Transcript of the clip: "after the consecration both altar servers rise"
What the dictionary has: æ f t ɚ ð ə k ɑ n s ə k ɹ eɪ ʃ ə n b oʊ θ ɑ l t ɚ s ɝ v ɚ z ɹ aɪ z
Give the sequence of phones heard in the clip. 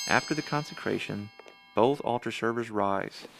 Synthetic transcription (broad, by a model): æ f t ɚ ð ə k ɑ n s ə k ɹ eɪ ʃ ə n b oʊ θ ɑ l t ɚ s ɝ v ɚ z ɹ aɪ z